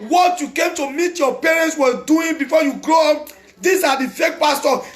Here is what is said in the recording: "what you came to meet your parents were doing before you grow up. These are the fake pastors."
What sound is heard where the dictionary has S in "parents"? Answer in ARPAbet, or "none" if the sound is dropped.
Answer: S